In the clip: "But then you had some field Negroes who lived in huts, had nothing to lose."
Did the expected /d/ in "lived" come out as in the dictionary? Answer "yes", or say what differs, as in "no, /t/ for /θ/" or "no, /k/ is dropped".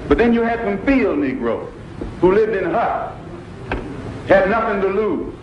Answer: yes